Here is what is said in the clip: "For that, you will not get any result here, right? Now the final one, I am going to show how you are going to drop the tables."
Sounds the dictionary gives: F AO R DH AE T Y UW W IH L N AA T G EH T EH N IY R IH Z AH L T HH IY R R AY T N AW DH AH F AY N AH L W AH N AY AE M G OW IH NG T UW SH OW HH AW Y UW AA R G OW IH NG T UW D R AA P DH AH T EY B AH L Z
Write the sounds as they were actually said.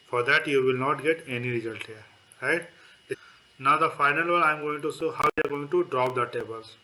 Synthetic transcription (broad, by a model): F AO R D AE T Y UW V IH L N AA T G EH T EH N IY R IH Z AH L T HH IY R R AY T N AW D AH F AY N AH L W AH L AY M G OW IH NG T UW S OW HH AW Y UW AA R G OW IH NG T UW D R AA P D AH T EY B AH L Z